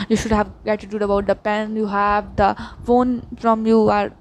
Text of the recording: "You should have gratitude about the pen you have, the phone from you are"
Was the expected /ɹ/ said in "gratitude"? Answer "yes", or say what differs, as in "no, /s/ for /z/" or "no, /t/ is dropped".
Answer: no, /ɹ/ is dropped